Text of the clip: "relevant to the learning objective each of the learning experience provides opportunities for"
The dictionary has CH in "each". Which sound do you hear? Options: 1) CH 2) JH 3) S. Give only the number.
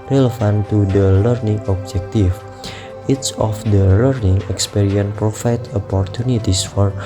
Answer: 3